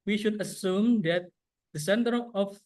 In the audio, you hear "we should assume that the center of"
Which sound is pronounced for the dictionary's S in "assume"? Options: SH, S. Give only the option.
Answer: S